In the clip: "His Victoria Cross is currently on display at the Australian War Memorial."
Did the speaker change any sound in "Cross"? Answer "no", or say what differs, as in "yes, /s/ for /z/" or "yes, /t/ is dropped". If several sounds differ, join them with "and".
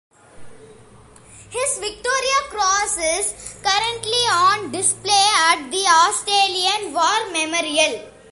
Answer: no